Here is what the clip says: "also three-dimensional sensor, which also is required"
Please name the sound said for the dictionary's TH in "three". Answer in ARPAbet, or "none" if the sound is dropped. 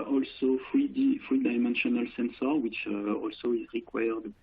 F